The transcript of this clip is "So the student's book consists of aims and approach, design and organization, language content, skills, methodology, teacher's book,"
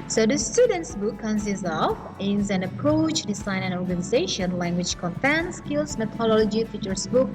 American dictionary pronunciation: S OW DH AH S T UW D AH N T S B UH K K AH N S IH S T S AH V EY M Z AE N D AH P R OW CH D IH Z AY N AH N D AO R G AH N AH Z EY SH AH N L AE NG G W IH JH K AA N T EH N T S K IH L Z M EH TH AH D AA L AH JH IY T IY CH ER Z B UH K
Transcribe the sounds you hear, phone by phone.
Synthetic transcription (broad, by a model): S OW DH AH S T UW D AH N T S B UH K K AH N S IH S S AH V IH Z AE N AH P R OW CH D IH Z AY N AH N AO R G AH N AH Z EY SH AH N L AE NG G W IH JH K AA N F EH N S K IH L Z M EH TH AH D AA L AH JH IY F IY CH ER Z B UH K